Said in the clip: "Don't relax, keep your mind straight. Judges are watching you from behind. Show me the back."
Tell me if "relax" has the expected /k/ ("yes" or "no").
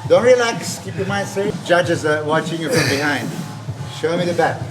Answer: yes